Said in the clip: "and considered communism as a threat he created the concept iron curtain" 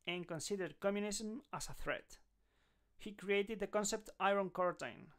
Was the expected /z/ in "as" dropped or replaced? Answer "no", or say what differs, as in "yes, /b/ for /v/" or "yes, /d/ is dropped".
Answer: yes, /s/ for /z/